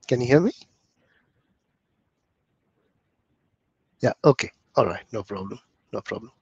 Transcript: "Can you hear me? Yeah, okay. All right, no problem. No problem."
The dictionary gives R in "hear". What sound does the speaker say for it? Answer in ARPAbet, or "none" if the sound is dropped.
L